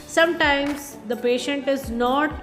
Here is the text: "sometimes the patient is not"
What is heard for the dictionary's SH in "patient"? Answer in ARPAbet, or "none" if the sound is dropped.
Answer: SH